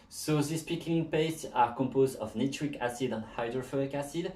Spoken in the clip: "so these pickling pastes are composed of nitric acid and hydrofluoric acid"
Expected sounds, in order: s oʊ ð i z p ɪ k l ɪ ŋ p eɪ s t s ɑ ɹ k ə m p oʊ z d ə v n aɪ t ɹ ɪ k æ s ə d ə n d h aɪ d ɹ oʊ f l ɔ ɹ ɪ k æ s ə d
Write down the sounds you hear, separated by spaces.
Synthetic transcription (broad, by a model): s oʊ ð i s p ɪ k ɪ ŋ p eɪ s t s ɑ ɹ k ə m p oʊ z d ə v n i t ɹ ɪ k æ s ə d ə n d h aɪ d ɹ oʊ f ɔ ɪ k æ s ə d